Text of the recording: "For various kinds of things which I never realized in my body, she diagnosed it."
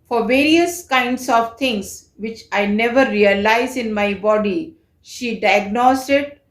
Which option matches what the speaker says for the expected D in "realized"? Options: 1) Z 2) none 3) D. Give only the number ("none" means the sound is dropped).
2